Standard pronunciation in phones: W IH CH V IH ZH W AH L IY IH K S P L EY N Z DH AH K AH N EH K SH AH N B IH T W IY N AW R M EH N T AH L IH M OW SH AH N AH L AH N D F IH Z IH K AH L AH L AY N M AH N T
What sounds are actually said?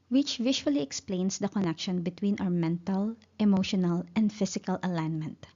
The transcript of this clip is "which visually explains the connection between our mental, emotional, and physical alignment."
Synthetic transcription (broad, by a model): W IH CH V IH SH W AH L IY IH K S P L EY N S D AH K AH N EH K SH AH N B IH T W IY N AW R M EH N T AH L IH M OW SH AH N AH L AH N D F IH S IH K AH L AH L AY N M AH N T